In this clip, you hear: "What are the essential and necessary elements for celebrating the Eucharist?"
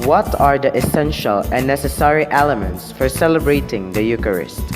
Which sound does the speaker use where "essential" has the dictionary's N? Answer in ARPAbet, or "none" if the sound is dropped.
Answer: N